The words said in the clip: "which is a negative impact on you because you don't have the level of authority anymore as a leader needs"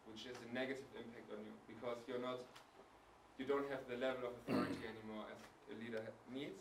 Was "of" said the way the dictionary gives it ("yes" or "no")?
yes